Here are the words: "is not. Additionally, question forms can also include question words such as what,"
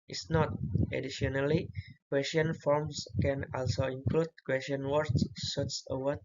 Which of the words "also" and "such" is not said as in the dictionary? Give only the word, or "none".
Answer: such